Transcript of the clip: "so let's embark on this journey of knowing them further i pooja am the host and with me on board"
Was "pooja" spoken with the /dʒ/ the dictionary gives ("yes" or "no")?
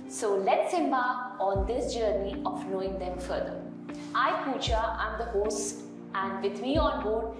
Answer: no